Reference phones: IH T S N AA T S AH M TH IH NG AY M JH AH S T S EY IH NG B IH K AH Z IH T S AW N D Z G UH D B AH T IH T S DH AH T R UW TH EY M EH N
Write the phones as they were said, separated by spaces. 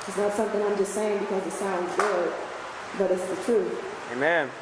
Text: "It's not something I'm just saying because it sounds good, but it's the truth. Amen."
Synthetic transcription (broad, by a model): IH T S N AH T S AH M TH IH NG AY M JH AH S T S EY IH NG B IH K AH Z IH T S AW N D Z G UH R B AH T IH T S DH AH T R UW TH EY M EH N